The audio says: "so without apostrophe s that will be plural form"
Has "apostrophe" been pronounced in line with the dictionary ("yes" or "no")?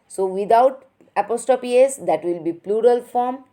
no